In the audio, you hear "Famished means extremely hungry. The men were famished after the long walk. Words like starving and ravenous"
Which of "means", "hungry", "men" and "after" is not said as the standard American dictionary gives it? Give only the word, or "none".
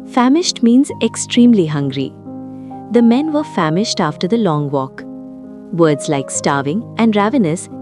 none